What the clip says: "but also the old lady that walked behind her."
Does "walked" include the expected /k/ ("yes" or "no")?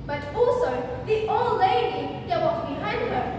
no